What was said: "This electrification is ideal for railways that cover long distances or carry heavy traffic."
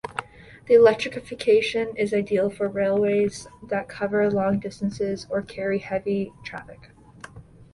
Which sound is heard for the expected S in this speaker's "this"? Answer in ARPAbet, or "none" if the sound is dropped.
none